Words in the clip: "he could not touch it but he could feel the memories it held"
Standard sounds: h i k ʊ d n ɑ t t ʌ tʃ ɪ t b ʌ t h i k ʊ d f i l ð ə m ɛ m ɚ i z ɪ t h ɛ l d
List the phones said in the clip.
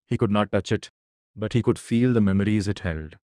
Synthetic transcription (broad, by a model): h i k ʊ d n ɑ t t ʌ tʃ ɪ t b ʌ t h i k ʊ d f i l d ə m ɛ m ɚ i z ɪ t h ɛ l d